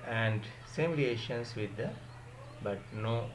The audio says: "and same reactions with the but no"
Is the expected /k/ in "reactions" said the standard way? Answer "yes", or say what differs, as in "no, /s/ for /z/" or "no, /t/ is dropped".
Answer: no, /k/ is dropped